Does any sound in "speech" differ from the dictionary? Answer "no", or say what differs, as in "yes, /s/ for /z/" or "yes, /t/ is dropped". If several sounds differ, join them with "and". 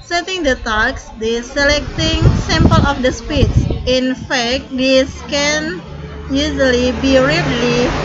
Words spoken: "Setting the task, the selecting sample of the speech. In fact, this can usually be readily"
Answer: yes, /s/ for /tʃ/